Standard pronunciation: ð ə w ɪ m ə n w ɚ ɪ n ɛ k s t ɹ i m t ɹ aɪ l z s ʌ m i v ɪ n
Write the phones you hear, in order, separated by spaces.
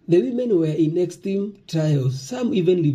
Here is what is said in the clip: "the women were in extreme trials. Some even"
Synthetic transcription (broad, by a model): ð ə w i m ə n w ɚ ɪ n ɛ k s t i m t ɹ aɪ l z s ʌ m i v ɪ n